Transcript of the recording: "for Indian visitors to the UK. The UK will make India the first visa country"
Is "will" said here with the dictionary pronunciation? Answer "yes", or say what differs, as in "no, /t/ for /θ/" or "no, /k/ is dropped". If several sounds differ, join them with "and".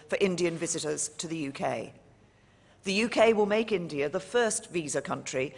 yes